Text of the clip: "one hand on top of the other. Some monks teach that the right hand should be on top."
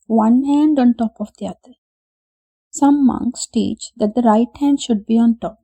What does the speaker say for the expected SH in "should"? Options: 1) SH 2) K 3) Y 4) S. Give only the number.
1